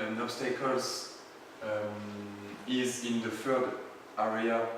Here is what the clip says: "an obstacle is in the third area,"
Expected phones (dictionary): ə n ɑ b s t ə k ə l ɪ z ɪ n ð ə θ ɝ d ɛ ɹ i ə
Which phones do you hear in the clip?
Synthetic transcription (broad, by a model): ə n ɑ s t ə k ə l ɪ z ɪ n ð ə f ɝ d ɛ ɹ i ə